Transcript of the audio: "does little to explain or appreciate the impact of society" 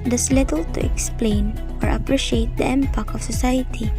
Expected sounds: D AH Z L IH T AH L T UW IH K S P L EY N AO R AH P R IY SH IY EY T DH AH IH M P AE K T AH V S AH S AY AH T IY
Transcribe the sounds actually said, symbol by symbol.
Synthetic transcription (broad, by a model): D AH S L IH T AH L T UW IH K S P L EY N AO R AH P R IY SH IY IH T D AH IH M P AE K AH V S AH S AY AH T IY